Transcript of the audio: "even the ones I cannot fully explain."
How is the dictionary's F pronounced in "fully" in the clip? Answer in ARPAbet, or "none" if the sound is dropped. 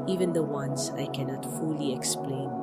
F